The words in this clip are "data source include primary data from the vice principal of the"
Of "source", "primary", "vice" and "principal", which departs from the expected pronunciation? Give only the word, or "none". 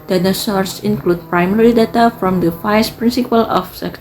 vice